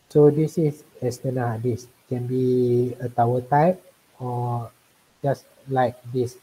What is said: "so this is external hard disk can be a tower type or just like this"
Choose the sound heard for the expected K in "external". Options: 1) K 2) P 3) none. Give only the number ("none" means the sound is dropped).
3